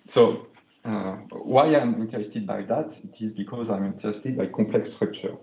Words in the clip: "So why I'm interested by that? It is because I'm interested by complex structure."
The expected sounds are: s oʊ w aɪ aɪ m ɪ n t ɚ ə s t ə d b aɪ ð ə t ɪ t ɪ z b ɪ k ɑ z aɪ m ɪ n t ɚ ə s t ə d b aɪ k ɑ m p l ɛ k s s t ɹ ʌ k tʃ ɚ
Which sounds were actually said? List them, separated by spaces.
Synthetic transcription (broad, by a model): s oʊ w aɪ aɪ m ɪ n t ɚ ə s t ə d b aɪ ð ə t ɪ t ɪ z b ɪ k ɑ z aɪ m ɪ n t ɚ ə s t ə d b aɪ k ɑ p l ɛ k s s t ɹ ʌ k tʃ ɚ